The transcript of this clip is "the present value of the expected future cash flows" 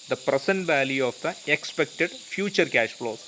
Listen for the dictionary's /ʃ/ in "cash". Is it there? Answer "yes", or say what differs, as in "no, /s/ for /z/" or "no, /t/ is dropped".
yes